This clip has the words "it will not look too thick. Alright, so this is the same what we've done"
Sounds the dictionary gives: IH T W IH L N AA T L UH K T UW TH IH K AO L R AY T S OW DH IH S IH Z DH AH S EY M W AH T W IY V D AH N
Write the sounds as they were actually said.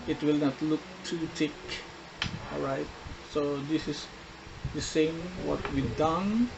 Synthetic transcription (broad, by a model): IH T W IH L N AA T L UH K T UW T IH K AO L R AY T S OW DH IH S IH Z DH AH S EY M W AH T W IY D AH N